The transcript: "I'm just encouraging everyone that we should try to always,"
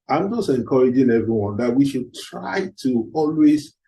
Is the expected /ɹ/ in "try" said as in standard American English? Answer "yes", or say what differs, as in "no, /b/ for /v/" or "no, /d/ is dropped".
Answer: yes